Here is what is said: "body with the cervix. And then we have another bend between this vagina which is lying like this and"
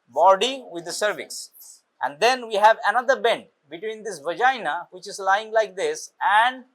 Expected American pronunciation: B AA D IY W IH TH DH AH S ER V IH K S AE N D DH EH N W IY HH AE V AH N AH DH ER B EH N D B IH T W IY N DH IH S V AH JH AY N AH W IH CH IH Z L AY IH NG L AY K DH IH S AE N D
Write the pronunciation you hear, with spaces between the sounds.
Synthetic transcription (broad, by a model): B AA D IY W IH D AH S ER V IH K S AE N D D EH N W IY HH AE V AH N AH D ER B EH N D B IH T W IY N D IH S V AH JH AY N AH W IH CH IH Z L AY IH NG L AY K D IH S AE N D